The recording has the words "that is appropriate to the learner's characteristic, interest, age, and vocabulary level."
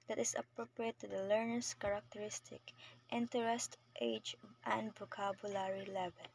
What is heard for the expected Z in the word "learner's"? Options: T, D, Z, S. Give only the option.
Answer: S